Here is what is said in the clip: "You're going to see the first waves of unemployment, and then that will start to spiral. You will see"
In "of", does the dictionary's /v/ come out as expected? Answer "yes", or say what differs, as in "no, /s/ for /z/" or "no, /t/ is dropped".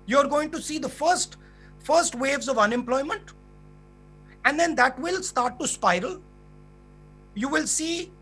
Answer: yes